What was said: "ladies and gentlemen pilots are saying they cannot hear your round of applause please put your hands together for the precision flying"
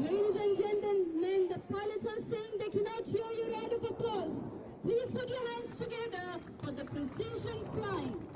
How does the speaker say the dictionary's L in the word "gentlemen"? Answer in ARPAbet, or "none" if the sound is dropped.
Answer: N